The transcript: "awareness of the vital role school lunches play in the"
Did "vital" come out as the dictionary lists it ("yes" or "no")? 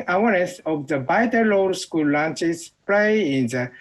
no